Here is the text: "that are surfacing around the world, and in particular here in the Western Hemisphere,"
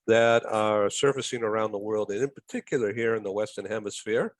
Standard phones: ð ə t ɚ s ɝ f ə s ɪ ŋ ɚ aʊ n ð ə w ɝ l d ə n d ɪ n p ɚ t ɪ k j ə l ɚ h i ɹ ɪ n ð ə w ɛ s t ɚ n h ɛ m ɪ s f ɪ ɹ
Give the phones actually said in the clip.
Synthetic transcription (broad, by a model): ð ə t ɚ s ɝ f ə s ɪ ŋ ɚ aʊ n ð ə w ɝ l d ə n ɪ n p ɚ t ɪ k j l ɚ h i ɹ ɪ n ð ə w ɛ s t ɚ n h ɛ m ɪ s f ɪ ɹ